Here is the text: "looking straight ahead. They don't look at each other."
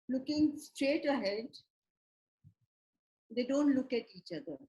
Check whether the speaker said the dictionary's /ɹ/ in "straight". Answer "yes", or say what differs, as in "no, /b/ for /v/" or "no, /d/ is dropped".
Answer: yes